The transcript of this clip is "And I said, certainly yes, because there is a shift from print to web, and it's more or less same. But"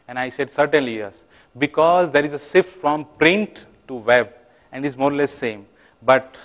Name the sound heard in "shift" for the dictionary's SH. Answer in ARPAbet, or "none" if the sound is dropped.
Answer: S